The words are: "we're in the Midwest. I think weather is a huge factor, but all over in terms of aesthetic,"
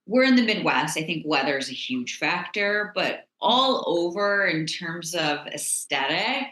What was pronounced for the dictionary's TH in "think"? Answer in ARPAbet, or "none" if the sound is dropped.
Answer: TH